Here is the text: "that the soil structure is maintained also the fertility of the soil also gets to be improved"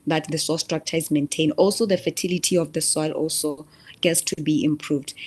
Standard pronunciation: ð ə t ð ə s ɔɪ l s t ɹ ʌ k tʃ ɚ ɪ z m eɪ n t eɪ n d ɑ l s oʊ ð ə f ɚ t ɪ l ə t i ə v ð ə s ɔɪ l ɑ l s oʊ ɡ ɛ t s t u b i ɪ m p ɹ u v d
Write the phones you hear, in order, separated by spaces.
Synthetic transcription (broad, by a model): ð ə t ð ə s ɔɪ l s t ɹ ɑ k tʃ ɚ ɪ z m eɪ n t eɪ n ɑ l s oʊ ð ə f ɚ t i l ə t i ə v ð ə s ɔɪ l ɑ l s oʊ ɡ ɛ t s t u b i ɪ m p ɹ u v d